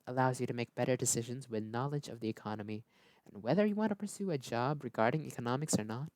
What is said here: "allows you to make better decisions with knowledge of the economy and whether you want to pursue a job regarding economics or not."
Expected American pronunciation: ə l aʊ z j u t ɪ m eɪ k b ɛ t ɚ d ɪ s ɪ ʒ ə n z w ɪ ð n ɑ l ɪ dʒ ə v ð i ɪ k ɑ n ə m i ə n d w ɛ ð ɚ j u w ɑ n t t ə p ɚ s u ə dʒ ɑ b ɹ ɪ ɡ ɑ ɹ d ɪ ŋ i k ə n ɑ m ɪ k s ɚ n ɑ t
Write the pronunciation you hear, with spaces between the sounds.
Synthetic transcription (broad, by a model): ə l aʊ z j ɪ t ɪ m eɪ k b ɛ t ɚ d ɪ s ɪ ʒ ə n z w ɪ ð n ɑ l ɪ dʒ ə v ð i ɪ k ɑ n ə m i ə n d w ɛ ð ɚ j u w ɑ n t t ə p ɚ s u ə dʒ ɑ b ɹ ɪ ɡ ɑ ɹ d ɪ ŋ i k ə n ɑ m ɪ k s ɚ n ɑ t